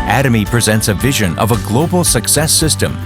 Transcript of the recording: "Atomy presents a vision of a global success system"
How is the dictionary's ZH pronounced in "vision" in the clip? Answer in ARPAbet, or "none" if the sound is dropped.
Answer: ZH